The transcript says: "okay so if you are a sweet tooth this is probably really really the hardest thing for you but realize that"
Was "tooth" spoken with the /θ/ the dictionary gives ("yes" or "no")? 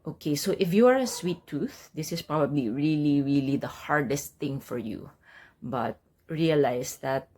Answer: yes